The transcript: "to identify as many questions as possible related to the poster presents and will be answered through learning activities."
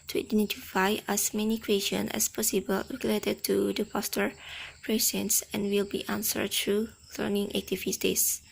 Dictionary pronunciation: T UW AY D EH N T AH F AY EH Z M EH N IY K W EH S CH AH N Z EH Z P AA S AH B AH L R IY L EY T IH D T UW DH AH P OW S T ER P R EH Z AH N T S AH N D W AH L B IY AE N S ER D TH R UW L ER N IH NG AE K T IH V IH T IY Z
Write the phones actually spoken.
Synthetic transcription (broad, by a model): T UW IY D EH N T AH F AY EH S M EH N IY K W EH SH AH N EH S P AA S AH B AH L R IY L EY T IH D T UW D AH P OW S T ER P R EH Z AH N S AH N W AH L B IY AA N S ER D T R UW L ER N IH NG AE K T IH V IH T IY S